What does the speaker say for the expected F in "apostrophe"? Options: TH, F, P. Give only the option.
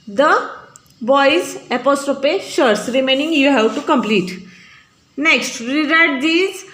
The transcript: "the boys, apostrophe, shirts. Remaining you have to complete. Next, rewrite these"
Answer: P